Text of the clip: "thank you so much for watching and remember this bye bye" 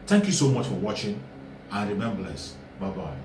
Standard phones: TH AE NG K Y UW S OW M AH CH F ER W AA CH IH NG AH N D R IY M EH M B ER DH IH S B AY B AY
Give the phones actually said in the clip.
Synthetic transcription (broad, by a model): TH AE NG K Y UW S OW M AH CH F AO W AA CH IH NG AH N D R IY M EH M B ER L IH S B AY B AY